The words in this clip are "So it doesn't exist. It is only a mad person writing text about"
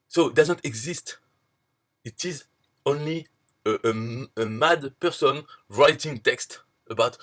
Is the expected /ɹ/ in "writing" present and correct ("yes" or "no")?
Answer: yes